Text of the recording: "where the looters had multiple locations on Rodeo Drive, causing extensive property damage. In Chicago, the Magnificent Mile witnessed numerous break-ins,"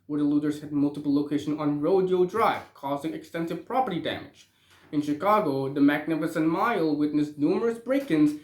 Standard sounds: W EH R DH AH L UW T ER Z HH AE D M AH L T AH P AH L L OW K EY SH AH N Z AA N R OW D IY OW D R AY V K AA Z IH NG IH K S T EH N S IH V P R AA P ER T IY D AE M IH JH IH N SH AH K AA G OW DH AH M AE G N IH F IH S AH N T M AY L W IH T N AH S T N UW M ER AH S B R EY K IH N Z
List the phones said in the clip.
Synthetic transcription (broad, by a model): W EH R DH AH L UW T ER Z HH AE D M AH L T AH P L L OW K EY SH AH N AA N R OW D IY OW D R AY V K AA Z IH NG IH K S T EH N S IH V P R AA P ER T IY D AE M IH JH IH N SH AH K AA G OW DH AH M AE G N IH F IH S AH N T M AY L W IH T N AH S N UW M ER AH S B R EY K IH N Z